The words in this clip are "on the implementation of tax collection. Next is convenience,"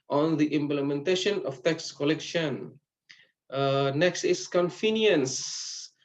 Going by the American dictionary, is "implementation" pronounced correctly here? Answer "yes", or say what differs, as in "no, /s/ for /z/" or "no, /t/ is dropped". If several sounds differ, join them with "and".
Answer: yes